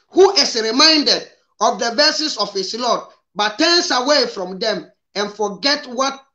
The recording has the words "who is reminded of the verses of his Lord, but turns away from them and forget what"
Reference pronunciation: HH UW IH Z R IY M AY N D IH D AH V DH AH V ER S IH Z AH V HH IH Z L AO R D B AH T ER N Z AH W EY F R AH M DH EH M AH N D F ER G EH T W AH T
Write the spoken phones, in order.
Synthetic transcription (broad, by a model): HH UW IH S R IY M AY N D IH D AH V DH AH V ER S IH S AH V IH S L AO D B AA T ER N S AH W EY F R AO M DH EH M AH N F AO G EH T W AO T